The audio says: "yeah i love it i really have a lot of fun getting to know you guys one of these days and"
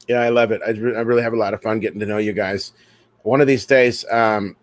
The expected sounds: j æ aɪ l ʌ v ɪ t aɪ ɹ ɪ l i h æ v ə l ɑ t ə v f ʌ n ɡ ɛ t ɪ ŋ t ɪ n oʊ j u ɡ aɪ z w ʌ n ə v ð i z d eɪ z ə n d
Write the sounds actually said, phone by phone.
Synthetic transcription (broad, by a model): j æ aɪ l ʌ v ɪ t aɪ ɹ ɪ l i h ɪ v ə l ɑ t ə v f ʌ n ɡ ɛ t ɪ ŋ t ɪ n oʊ j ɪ ɡ aɪ z w ʌ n ə v ð i z d eɪ z ə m